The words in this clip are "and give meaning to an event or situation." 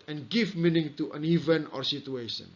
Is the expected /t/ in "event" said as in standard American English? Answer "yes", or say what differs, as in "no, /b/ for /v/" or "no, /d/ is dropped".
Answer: no, /t/ is dropped